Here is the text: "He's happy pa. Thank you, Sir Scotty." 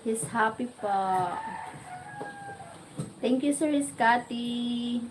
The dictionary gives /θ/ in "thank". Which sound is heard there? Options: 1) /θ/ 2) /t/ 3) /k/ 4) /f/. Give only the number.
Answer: 2